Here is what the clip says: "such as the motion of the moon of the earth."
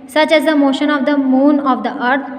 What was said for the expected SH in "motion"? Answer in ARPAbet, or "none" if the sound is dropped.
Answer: SH